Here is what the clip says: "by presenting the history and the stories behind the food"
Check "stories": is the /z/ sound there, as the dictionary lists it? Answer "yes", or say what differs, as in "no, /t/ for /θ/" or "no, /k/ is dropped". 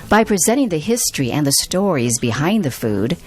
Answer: yes